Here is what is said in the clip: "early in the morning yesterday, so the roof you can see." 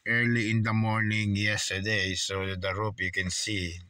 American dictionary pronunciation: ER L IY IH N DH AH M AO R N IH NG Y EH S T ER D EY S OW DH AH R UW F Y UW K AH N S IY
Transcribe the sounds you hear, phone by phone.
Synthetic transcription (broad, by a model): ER L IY IH N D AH M AO R N IH NG Y EH S T ER D EY S OW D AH R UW P Y UW K AH N S IY